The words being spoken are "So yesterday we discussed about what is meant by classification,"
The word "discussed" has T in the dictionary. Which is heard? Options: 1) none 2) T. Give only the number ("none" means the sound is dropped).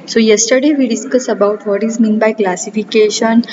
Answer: 1